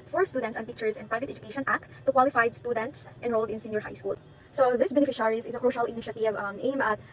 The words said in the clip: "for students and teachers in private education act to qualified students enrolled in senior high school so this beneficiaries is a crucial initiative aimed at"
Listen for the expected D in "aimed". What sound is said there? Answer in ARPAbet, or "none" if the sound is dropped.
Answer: none